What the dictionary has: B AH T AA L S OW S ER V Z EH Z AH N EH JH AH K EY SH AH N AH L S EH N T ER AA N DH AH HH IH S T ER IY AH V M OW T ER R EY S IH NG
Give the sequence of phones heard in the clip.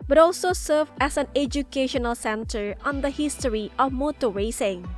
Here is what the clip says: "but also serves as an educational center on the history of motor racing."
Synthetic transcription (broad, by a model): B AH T AA L S OW S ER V EH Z AH N EH JH AH K EY SH AH N AH L S EH N T ER AA N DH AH HH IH S T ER IY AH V M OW T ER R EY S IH NG